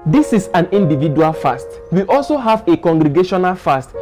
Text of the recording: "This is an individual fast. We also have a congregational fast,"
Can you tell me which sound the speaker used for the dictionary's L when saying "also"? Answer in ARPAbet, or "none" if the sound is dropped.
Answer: L